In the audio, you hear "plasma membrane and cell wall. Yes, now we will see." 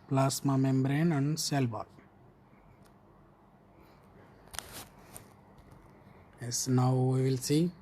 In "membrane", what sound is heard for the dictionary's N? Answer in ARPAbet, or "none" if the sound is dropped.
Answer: N